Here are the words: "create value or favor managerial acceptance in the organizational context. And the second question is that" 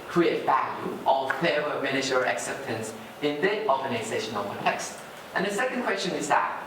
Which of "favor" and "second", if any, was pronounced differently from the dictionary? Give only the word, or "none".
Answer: favor